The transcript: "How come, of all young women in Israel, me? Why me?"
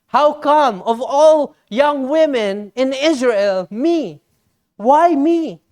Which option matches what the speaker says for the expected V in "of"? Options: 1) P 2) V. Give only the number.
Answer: 2